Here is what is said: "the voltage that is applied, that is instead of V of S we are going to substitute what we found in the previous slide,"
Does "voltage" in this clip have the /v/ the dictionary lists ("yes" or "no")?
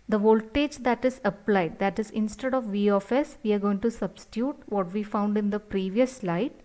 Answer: yes